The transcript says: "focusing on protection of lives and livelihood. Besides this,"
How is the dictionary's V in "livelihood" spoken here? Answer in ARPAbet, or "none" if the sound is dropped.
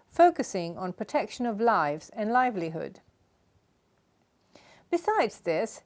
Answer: V